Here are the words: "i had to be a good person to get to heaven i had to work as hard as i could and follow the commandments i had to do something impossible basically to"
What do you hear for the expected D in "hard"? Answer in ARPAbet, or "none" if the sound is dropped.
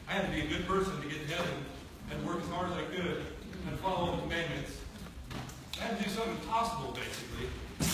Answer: none